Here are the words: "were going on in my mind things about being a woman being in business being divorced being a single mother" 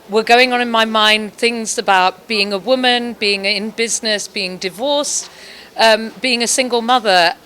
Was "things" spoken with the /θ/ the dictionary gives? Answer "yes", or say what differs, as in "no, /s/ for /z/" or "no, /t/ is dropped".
yes